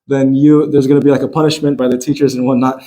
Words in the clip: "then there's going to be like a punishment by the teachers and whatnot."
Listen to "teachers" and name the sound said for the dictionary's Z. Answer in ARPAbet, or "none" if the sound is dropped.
Z